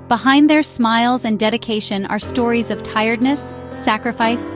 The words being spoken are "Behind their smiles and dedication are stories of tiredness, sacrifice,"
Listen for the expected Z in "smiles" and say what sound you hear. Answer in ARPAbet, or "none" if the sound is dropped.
Z